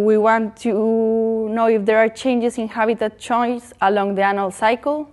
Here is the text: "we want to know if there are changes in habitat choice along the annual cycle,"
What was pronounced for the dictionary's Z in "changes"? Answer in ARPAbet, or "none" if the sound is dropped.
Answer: S